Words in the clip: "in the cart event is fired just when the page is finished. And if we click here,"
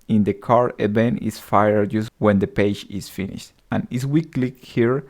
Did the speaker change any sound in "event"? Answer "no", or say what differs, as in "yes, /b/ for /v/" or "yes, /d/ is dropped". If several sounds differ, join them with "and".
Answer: yes, /b/ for /v/ and /t/ is dropped